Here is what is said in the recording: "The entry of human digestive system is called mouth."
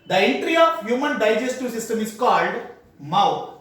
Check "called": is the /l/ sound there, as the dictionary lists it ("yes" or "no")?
yes